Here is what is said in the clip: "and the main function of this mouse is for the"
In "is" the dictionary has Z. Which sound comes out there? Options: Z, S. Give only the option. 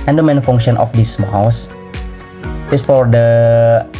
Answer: S